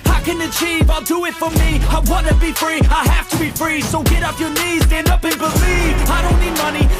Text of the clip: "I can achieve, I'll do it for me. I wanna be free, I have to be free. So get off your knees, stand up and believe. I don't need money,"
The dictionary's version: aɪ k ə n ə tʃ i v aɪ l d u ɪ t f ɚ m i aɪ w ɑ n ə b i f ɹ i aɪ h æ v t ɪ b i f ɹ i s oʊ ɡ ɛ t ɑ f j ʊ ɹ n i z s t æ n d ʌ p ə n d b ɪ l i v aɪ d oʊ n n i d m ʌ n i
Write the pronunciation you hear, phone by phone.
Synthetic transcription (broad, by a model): aɪ k ə n ə tʃ i v aɪ l d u ɪ t f ɚ m i aɪ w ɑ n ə b i f ɹ i aɪ h æ f t ɪ b i f ɹ i s oʊ ɡ ɛ t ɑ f j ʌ ɹ n i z s t æ n d ʌ p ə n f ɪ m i aɪ d oʊ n n i d m ʌ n i